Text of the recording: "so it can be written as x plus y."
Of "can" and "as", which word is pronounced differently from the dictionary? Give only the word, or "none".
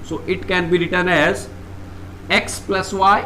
none